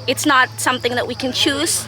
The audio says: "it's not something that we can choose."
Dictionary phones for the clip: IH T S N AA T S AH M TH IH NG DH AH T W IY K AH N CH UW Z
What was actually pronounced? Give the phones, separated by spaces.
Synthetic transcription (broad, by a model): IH T S N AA T S AH M TH IH NG DH AH T W IY K AH N CH UW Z